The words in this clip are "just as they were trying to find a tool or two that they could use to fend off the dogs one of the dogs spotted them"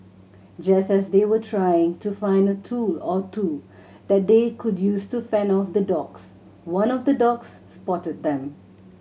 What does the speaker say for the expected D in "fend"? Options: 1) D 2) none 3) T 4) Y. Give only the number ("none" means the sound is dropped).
2